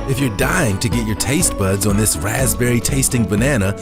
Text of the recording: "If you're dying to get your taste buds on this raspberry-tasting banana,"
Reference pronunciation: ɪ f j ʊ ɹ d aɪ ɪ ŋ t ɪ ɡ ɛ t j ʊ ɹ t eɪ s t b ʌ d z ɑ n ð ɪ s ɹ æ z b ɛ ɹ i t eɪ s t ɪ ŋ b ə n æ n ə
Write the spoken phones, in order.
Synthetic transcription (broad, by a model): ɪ f j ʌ ɹ d aɪ ɪ ŋ t ɪ ɡ ɛ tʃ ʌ ɹ t eɪ s t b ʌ d z n ð ɪ s ɹ æ z b ɛ ɹ i t eɪ s t ɪ ŋ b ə n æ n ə